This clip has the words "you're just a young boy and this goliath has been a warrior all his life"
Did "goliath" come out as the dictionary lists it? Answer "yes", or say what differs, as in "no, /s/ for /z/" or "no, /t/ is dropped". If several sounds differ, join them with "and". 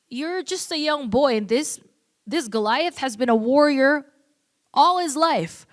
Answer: yes